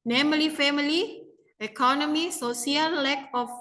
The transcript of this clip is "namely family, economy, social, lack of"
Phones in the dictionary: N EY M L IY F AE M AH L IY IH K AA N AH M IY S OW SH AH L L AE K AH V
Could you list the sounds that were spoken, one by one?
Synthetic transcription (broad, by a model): N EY M L IY F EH M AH L IY IH K AA N AH M IY S OW S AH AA L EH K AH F